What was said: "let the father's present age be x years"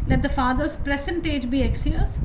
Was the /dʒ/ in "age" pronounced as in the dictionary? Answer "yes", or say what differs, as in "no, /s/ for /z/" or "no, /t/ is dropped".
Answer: yes